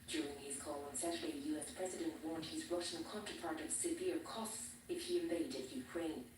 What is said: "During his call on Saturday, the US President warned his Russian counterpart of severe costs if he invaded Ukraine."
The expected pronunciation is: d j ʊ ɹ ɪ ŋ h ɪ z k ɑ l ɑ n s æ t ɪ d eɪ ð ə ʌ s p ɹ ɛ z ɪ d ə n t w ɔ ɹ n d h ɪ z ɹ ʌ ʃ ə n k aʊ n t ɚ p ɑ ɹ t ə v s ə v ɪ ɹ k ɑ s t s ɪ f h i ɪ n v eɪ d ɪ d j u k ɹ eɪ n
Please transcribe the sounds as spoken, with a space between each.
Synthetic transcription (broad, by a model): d j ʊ ɹ ɪ ŋ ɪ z k ɑ l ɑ n s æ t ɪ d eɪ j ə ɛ s p ɹ ɛ z ɪ d ə n t w ɔ ɹ n d h ɪ z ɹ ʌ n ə k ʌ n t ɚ p ɑ ɹ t ə v s ə v ɪ ɹ k ɑ s t s ɪ f h i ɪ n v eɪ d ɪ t j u k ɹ eɪ n